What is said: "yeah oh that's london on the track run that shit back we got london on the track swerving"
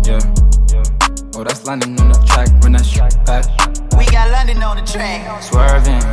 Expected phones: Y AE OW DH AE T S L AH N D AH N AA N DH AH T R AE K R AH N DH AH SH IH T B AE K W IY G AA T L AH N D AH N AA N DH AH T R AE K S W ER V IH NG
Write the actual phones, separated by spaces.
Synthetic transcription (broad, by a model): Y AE OW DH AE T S L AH N D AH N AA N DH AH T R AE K W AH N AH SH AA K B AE W IY G AA T L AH N D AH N AA N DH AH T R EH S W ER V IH